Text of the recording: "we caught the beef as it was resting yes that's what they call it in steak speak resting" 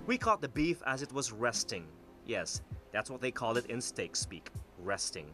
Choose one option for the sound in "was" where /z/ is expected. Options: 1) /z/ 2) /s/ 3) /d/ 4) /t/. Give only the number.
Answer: 1